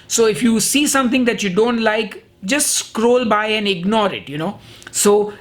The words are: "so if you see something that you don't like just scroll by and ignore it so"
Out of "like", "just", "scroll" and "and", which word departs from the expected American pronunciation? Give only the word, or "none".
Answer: none